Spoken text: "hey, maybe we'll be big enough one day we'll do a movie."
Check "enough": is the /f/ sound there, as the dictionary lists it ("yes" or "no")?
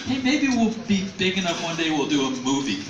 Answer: no